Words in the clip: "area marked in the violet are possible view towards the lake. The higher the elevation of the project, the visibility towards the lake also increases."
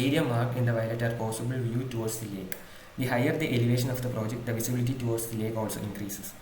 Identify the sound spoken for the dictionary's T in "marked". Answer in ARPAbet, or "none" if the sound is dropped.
none